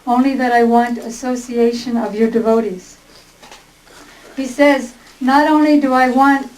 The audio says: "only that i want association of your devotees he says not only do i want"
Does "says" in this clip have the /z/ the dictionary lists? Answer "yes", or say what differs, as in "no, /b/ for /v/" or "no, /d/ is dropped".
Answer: yes